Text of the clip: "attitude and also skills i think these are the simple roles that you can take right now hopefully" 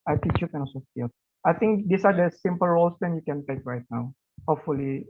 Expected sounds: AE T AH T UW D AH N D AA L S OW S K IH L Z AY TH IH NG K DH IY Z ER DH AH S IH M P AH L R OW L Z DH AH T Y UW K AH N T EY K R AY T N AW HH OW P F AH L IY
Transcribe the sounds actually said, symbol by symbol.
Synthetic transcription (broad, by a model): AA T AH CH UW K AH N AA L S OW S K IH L AY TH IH NG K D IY S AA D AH S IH M P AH L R OW L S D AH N Y UW K AH N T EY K R AY T N AW HH OW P F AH L IY